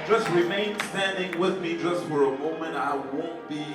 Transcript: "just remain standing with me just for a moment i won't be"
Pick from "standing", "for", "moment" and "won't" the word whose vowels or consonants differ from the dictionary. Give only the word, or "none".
none